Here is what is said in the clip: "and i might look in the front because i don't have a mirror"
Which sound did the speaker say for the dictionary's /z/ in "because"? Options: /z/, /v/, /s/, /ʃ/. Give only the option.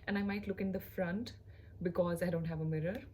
/z/